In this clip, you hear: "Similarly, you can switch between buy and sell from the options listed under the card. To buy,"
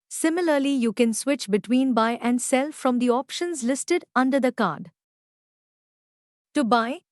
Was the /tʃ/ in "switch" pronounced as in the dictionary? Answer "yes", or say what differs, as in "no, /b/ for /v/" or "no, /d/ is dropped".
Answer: yes